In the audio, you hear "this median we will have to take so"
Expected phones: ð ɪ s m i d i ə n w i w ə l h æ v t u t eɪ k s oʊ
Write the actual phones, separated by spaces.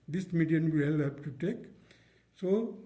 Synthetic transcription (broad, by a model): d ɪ s m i d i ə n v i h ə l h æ b t u t eɪ k s oʊ